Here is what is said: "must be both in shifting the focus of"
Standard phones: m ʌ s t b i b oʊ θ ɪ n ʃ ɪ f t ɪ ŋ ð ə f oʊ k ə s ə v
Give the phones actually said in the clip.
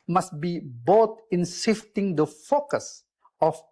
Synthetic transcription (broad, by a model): m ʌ s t b i b oʊ t ɪ n s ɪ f t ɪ ŋ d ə f oʊ k ə s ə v